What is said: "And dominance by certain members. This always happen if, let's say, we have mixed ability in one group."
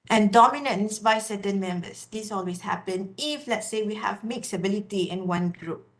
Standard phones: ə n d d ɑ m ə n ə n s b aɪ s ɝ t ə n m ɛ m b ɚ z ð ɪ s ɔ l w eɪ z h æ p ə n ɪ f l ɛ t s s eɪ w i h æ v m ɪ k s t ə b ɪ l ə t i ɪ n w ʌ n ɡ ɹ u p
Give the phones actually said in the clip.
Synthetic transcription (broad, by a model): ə n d d ɑ m ə n ə n s b aɪ s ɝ t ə n m ɛ m b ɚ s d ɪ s ɔ l w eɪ s h æ p ə n ɪ f l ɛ t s s eɪ w i h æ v m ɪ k s ə b ɪ l ə t i ɪ n w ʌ n ɡ ɹ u p